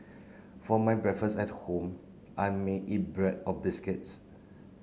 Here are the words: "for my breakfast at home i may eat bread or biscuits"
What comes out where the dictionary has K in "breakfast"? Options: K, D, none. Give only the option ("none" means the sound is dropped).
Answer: none